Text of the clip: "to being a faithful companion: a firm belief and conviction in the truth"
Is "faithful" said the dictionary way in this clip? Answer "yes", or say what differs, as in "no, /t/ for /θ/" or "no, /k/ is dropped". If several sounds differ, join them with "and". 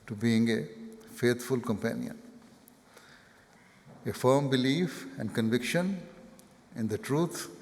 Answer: no, /t/ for /θ/